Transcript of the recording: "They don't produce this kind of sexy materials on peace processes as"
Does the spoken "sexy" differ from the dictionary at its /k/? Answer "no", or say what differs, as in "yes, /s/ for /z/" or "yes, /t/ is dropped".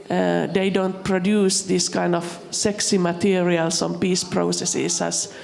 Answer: no